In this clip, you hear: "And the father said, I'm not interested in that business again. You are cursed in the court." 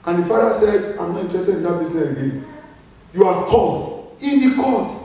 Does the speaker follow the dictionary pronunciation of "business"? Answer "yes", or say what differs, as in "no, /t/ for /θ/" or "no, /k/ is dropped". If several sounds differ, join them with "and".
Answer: no, /s/ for /z/